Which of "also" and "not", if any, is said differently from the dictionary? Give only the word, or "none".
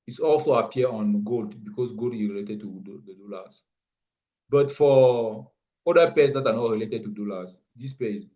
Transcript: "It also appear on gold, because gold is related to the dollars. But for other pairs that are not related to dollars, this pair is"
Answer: none